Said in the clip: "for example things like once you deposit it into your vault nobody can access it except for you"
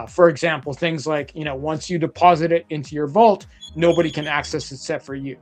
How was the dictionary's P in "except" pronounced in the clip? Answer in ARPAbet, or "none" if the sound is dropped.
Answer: none